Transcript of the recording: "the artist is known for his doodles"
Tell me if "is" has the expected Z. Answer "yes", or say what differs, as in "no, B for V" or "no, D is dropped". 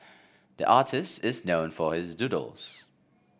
yes